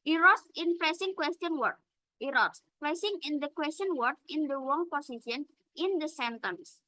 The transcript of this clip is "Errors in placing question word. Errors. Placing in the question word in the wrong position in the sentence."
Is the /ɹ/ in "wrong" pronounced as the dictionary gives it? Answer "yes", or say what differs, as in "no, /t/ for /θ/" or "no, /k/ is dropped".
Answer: no, /w/ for /ɹ/